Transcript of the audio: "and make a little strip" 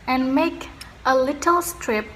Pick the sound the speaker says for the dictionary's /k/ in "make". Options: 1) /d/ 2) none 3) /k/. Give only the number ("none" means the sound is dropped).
3